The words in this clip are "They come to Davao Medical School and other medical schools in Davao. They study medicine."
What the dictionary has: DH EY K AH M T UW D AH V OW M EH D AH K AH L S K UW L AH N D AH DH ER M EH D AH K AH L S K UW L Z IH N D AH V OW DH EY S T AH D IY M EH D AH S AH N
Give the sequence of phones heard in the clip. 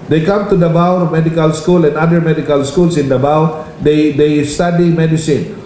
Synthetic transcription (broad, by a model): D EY K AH M T UW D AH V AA M EH D AH K AH L S K UW L AH N D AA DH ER M EH D AH K AH L S K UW L S IH N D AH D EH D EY S T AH D IY M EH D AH S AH N